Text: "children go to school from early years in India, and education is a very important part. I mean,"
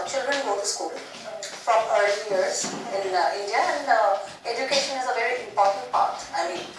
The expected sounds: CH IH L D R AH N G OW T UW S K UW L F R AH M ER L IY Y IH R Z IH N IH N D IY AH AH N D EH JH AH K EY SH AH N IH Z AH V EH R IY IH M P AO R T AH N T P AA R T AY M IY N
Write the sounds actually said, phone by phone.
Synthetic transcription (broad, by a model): CH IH L D R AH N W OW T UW S K UW L F R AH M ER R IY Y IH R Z IH N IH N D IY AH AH N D EH JH AH K EY SH AH N IH Z AH V EH R IY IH M P AO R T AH N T P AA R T AY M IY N